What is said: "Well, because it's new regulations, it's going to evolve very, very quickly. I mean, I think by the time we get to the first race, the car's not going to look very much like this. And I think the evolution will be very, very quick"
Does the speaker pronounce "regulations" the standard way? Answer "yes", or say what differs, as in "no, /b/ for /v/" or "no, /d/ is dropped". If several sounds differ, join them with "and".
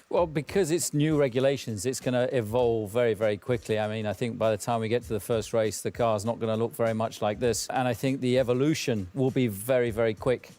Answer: yes